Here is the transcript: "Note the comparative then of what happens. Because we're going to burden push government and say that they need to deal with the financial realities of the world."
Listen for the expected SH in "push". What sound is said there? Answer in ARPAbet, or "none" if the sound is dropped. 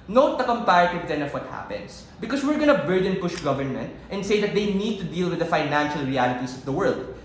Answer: SH